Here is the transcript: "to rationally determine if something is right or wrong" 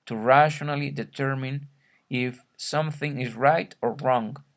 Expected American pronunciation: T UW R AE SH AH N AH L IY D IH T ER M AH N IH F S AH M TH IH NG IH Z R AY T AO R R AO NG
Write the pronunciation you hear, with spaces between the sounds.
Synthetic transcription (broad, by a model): T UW R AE SH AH N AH L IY D IH T ER M AH N IH F S AH M TH IH NG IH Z R AY T AO R R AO NG